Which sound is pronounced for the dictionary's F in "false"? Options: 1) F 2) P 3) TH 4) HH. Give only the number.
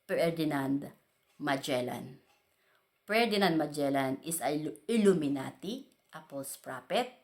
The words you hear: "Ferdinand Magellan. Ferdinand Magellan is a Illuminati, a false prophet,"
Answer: 2